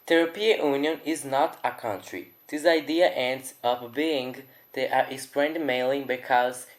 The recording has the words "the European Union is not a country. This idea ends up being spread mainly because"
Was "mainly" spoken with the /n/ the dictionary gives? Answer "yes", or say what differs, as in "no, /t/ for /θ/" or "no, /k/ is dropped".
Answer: no, /n/ is dropped